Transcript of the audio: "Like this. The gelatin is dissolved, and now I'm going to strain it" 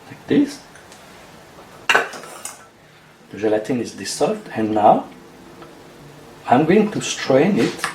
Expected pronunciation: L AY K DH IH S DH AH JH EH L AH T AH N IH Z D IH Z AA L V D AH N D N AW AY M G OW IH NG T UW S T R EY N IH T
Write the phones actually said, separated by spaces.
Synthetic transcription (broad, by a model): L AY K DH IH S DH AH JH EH L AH T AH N IH Z D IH S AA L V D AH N N AW AY M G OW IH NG T UW S T R EY N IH T